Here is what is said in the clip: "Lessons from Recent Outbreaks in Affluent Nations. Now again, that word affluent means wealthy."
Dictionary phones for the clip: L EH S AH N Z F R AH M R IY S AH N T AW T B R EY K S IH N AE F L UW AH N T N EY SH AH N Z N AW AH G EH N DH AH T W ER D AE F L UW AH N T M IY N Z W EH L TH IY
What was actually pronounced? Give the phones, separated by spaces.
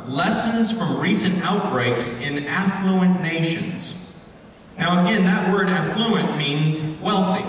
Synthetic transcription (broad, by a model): L EH S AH N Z F R AH M R IY S AH N T AW T B R EY K S IH N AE F L UW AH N N EY SH AH N Z N AW AH G EH N DH AH T W ER D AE F L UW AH N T M IY N Z W EH L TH IY